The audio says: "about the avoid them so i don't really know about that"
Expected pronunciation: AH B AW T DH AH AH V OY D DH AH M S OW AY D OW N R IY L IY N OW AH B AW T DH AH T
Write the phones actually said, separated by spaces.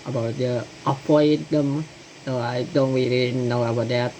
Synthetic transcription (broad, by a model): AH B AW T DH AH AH P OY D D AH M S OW AY D OW N W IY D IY N OW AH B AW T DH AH T